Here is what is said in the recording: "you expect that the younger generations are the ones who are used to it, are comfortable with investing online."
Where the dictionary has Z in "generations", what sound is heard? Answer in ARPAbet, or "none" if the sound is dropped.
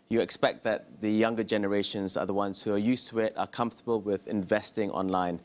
Z